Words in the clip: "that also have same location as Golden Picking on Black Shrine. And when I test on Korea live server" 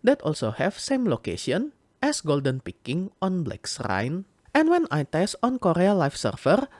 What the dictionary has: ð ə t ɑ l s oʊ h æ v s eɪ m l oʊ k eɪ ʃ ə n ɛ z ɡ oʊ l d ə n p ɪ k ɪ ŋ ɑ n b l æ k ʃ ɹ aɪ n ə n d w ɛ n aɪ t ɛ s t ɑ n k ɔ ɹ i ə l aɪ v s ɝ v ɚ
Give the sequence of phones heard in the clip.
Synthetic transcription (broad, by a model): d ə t ɑ l s oʊ h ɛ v s eɪ m l oʊ k eɪ ʃ ə n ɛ s ɡ oʊ l d ə n p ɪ k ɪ ŋ ɑ n b l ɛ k s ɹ aɪ n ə n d w ɛ n aɪ t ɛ s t ɑ n k ɔ ɹ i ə l aɪ f s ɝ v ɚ